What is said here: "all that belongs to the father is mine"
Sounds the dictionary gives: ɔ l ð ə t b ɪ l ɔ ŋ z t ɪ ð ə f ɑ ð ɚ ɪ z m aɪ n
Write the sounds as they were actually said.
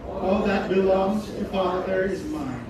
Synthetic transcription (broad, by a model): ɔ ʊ ð ə t b ɪ l ɔ ŋ z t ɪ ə f ɑ ð ɚ ɪ z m aɪ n